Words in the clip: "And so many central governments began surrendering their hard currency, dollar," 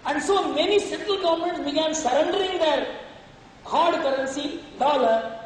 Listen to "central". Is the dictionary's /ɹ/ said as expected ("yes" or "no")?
no